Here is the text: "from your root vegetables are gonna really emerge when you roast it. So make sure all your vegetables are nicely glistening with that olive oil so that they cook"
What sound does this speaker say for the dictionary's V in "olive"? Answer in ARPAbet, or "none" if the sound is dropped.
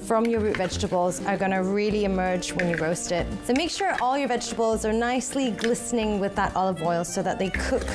V